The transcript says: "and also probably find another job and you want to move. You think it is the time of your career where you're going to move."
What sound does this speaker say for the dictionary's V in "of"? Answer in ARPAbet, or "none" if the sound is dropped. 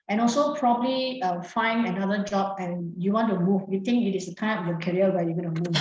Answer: P